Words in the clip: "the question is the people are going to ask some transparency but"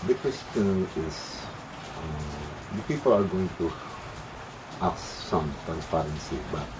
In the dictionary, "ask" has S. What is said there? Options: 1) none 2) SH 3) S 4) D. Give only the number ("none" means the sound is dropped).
1